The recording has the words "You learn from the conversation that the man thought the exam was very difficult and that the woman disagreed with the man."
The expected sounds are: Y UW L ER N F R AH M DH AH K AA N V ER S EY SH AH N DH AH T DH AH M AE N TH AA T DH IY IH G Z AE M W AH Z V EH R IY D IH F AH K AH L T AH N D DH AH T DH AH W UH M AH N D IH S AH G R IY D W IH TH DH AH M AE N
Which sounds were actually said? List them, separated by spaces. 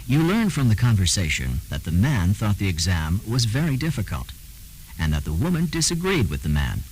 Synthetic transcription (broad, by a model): Y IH L ER N F R AH M DH AH K AA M V ER S EY SH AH N DH AH T DH AH M AE N TH AA T DH IY IH G Z AE M W AH Z V EH R IY D IH F AH K AH L T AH N DH AH T DH AH W UH M AH N D IH S AH G R IY D W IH DH AH M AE N